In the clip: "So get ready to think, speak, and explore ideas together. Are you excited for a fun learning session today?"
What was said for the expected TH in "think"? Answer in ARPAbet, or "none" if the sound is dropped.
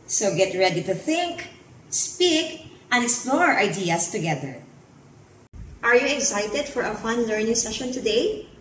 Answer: TH